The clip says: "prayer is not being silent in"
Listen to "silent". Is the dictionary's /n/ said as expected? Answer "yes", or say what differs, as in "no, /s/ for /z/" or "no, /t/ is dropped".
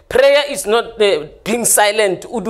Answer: yes